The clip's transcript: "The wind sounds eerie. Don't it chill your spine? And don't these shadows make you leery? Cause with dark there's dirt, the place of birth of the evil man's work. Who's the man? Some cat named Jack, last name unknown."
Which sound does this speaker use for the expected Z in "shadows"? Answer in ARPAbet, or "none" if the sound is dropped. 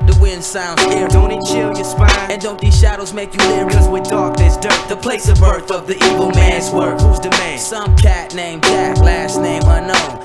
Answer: Z